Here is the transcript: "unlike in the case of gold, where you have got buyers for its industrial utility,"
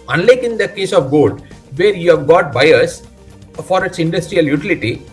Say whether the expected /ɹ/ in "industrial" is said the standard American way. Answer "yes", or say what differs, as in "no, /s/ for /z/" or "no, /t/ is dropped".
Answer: yes